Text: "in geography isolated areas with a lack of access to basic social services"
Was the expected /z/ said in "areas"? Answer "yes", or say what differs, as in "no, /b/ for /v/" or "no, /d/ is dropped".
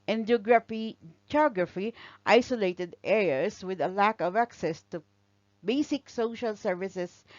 no, /s/ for /z/